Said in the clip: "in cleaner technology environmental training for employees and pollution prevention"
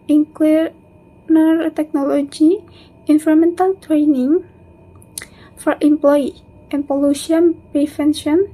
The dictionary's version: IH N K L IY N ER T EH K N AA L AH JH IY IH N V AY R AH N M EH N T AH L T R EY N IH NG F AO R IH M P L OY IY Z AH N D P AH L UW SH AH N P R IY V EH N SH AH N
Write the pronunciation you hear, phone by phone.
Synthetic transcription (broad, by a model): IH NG K W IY N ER T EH K N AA L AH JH IY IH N F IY R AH M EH N T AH L T R EY N IH NG F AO R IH M P L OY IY AH N P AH L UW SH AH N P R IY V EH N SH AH N